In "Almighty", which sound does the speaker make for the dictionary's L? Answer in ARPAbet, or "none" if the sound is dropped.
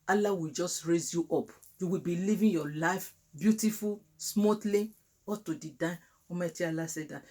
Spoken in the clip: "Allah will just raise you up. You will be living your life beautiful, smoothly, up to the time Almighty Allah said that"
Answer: none